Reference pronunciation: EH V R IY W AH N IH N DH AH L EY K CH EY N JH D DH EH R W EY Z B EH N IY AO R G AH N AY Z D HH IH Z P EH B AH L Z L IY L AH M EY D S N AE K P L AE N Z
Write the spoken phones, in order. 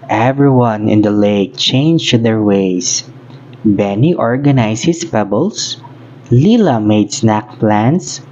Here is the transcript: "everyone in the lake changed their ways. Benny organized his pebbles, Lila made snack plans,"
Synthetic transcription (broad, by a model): EH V R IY W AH N IH N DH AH L EY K CH EY N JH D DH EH R W EY S B EH N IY AO R G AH N AY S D HH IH S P EH B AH L S L IY L AH M EY D S N AE K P L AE N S